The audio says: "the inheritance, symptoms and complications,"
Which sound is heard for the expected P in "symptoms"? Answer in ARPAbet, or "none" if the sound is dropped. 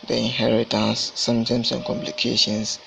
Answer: none